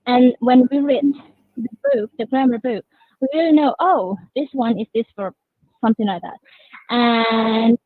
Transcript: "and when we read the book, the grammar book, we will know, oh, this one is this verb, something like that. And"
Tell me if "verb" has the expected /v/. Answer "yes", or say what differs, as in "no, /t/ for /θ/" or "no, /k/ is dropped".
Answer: no, /f/ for /v/